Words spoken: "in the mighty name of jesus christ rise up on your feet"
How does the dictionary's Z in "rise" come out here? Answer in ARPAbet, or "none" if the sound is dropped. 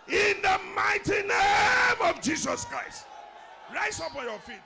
S